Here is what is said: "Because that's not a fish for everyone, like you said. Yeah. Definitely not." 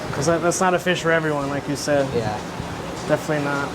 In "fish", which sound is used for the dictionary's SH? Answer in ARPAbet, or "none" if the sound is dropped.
SH